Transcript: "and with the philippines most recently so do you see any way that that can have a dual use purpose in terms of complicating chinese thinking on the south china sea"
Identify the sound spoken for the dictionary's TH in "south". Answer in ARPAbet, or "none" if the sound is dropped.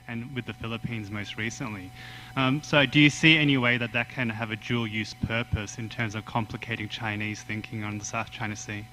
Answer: TH